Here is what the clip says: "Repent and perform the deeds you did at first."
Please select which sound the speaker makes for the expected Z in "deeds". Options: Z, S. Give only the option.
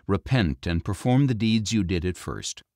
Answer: Z